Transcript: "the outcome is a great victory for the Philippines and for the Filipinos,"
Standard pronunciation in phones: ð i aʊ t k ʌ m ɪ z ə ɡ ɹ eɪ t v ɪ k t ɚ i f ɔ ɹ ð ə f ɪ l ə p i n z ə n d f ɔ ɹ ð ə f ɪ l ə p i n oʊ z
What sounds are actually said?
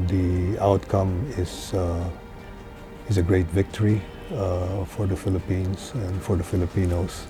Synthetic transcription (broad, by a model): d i aʊ t k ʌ m ɪ z ə ɡ ɹ eɪ t v ɪ k t ɚ i f ɔ ɹ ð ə f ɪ l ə p i n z ə n d f ɔ ɹ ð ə f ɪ l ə p i n oʊ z